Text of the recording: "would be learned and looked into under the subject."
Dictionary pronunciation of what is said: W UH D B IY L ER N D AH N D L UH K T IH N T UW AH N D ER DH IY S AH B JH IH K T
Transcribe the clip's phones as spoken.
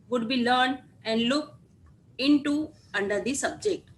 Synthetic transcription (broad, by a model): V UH D B IY L ER N D AH N D L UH K IH N T UW AH N D ER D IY S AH B JH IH K T